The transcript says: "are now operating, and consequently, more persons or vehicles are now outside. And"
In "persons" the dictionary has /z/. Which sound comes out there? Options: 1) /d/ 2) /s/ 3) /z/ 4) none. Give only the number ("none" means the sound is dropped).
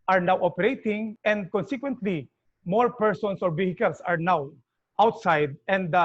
2